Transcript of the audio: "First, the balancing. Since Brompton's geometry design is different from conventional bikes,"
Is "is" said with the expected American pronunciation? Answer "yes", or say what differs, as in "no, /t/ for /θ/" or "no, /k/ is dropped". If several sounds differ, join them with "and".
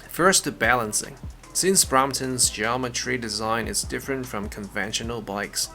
yes